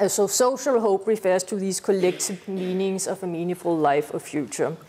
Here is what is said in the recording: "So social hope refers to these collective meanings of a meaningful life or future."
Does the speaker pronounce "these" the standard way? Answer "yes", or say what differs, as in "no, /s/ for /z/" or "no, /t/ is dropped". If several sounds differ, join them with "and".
no, /s/ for /z/